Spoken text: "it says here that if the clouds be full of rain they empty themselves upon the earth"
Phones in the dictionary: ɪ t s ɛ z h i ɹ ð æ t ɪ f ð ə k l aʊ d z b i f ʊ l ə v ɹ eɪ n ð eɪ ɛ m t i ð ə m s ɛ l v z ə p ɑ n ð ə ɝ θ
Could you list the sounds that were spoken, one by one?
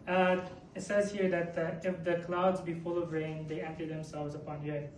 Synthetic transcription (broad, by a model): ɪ t s ɛ z h i ɹ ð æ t ɪ f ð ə k l aʊ d z b i f ʊ l ə v ɹ eɪ n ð eɪ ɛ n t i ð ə m s ɛ l v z ə p ɑ n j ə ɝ